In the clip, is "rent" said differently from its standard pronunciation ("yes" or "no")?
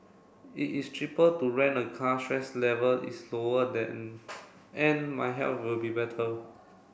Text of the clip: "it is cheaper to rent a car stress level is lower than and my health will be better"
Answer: yes